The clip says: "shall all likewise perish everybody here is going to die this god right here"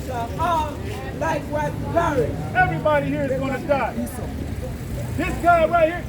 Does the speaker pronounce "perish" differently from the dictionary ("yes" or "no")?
yes